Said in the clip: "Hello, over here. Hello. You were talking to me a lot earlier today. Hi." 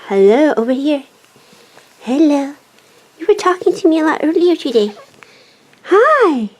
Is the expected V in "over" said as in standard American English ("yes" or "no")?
yes